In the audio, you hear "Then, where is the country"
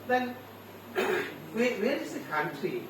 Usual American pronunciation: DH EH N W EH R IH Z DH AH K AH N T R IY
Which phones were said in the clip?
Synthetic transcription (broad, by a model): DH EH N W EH W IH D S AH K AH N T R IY